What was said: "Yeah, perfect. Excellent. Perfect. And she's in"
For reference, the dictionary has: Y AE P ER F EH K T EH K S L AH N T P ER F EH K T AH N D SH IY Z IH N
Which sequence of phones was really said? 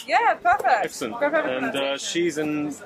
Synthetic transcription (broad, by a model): Y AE P ER F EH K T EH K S AH N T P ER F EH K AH N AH SH IY Z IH N